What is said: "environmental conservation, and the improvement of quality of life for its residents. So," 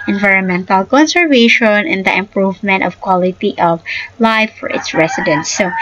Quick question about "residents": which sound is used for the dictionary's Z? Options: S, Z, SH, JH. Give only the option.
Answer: S